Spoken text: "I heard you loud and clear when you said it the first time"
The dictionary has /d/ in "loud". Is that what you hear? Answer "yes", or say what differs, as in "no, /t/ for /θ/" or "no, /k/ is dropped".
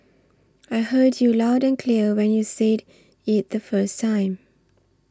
yes